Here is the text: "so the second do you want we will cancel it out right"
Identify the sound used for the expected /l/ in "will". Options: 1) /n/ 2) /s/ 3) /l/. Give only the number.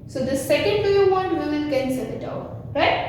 1